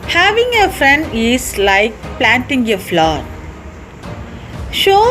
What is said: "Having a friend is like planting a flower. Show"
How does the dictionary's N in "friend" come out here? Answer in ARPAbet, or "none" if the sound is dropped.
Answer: N